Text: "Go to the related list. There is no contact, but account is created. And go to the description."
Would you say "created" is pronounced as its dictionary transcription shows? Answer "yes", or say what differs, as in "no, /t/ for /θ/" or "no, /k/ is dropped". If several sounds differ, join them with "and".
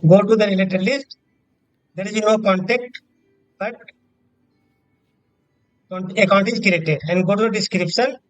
yes